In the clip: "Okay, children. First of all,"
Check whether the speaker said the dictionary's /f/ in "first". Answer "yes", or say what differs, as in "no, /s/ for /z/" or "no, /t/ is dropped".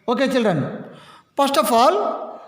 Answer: no, /p/ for /f/